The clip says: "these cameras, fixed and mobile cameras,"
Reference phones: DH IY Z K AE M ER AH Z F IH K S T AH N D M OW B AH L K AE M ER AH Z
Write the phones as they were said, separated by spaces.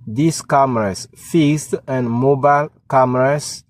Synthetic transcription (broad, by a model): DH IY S K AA M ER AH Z F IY S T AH N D M OW B AH L K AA M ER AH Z